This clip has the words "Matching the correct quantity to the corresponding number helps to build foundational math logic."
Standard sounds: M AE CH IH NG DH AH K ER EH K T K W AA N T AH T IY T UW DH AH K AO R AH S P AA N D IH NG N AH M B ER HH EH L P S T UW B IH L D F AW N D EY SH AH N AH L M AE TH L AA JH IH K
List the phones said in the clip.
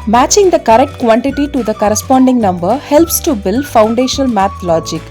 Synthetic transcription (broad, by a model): M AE CH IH NG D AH K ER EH K T K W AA N T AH T IY T UW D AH K AO R AH S P AA N D IH NG N AH M B ER HH EH L P S T UW B IH L D F AW N D EY SH AH N AH L M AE T L AA JH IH K